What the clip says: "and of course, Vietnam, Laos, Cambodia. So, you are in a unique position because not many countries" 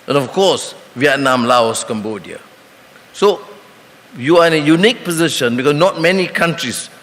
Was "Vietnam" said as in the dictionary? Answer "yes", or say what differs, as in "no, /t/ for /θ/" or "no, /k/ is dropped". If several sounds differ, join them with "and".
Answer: yes